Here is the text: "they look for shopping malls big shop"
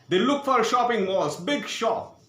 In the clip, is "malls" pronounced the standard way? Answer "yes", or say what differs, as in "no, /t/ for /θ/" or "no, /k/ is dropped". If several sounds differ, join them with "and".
no, /l/ is dropped